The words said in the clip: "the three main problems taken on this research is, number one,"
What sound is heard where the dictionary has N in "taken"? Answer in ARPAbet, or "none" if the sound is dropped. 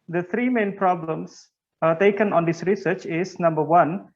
N